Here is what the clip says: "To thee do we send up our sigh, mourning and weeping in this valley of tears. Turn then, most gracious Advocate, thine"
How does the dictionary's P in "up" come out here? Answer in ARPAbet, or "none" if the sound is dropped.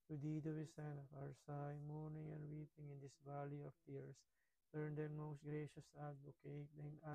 F